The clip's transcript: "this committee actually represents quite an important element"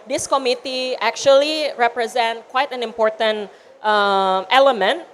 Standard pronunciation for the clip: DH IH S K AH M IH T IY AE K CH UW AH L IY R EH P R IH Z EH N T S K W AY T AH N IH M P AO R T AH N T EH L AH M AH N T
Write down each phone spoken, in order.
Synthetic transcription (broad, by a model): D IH S K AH M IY T IY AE K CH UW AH L IY R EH P R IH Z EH N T K W AY T AH N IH M P AO R T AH N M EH L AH M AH N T